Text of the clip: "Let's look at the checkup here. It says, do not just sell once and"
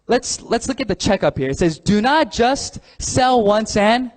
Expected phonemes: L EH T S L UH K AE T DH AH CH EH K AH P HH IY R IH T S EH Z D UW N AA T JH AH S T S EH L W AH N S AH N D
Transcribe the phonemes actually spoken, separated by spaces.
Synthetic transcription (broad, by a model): L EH T S L UH K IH T DH AH CH EH K AH P HH IY R IH T S EH Z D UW N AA T JH AH S T S EH L W AH N S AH N